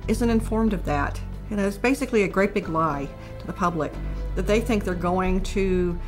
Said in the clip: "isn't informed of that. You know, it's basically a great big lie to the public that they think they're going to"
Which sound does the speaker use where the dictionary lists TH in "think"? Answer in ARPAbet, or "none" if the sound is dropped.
TH